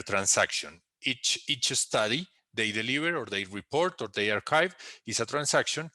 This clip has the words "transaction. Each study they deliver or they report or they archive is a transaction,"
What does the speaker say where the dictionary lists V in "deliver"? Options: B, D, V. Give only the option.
B